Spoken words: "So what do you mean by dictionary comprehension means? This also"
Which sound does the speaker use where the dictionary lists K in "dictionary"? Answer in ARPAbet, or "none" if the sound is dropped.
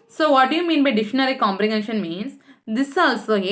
none